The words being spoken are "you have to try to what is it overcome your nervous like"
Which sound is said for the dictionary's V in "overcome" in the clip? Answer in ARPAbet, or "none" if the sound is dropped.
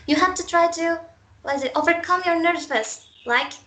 V